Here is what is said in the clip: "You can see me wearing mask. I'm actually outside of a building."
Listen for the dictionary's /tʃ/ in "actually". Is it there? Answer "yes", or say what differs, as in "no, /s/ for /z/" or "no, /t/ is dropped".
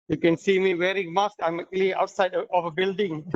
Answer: no, /tʃ/ is dropped